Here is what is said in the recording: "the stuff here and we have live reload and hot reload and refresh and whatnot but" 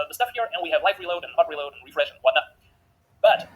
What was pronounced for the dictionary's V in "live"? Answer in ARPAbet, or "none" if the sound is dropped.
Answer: F